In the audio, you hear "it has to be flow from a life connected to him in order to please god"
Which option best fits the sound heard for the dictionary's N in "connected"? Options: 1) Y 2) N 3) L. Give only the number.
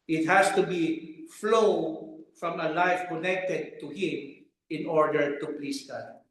2